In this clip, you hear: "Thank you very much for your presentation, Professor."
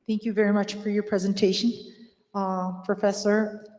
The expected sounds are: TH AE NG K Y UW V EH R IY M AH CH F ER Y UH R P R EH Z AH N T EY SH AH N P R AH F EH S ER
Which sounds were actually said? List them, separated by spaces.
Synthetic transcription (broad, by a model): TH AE NG K Y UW V EH R IY M AH CH F ER Y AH R P R EH Z AH N T EY SH AH N P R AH F EH S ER